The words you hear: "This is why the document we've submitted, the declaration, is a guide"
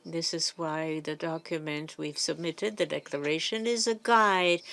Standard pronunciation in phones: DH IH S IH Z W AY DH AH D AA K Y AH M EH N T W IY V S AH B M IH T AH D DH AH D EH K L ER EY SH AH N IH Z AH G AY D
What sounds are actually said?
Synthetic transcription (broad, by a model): DH IH S IH Z W AY DH AH D AA K Y AH M EH N T W IY V S AH B M IH T AH D DH AH D EH K L ER EY SH AH N IH Z AH G AY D